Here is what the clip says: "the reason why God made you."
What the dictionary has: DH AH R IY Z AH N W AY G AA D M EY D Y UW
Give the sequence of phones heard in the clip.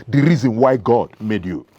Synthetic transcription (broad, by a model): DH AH R IY Z AH N W AY G AA D M EY D Y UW